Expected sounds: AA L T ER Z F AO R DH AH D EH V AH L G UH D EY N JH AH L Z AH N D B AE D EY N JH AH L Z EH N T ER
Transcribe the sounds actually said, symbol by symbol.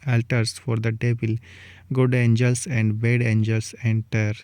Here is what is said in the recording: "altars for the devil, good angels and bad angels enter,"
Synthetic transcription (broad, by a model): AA L T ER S F AO R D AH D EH B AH L G UH D EY N JH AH L S AH N D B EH D EY N JH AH L S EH N T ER